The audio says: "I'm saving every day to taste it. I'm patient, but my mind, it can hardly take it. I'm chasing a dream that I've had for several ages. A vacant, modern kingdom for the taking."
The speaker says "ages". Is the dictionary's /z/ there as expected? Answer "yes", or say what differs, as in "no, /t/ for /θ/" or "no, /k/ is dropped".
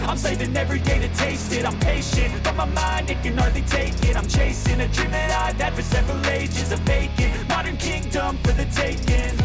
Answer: yes